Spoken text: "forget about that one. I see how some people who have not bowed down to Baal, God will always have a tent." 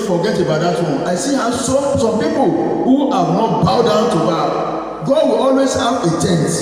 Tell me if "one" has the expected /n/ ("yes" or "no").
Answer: no